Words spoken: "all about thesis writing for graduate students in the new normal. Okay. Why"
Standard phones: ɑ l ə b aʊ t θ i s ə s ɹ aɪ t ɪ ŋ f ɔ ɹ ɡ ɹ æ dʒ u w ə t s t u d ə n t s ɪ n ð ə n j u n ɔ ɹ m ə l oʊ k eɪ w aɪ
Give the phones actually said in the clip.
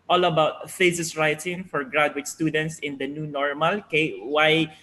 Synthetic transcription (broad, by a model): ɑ l ə b aʊ t f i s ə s ɹ aɪ t ɪ ŋ f ɔ ɹ ɡ ɹ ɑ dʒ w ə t s t u d ə n t s ɪ n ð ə n j u n ɔ ɹ m ə l oʊ k eɪ w aɪ